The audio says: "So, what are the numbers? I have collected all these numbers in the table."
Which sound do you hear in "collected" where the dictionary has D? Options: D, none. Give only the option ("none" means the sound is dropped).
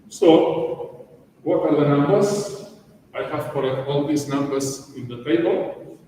none